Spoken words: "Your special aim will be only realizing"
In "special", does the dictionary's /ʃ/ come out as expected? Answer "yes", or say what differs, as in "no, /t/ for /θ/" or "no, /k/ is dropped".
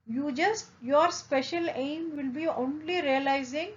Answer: yes